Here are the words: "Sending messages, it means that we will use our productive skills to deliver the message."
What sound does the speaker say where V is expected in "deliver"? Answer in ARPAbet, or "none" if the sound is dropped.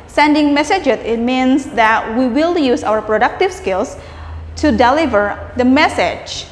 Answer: V